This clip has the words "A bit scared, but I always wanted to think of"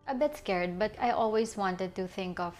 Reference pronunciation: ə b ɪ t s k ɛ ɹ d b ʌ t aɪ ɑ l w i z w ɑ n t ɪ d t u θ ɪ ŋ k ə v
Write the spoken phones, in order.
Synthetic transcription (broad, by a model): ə b ɪ t s k ɛ ɹ d b ʌ t aɪ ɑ l w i s w ɑ n t ɪ d t u θ ɪ ŋ k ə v